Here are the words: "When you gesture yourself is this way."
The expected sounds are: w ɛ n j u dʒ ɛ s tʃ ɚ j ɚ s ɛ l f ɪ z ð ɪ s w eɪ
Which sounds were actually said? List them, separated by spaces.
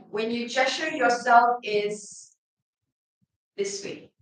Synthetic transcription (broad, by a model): w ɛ n j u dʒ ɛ tʃ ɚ j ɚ s ɛ l f ɪ z ð ɪ s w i